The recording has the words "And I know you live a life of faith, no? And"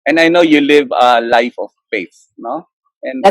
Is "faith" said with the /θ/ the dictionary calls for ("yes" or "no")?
no